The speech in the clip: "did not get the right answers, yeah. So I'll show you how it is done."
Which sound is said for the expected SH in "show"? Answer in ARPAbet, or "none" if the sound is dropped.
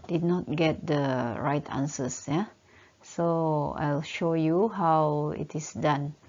SH